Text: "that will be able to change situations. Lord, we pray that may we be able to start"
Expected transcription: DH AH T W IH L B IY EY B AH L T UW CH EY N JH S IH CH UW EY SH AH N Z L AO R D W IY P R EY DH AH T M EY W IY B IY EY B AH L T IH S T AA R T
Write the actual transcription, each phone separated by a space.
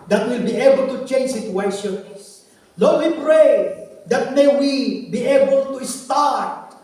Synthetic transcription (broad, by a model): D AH T W IH L B IY EY B AH L T UW CH EY N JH S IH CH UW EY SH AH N S L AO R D W IY P R EY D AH T M EY W IY B IY EY B AH L T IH S T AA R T